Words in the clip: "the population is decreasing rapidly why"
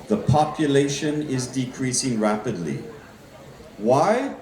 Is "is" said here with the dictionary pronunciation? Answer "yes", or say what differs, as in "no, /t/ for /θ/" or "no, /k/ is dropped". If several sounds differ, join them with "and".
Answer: yes